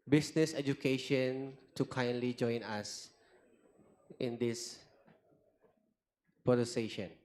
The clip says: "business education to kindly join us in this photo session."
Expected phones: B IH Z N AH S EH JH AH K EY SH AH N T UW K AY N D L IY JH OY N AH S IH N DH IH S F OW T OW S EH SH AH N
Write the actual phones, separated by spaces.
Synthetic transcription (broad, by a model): B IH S N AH S EH JH AH K EY SH AH N T UW K AY N D L IY JH OY N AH S IH N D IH S P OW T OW S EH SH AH N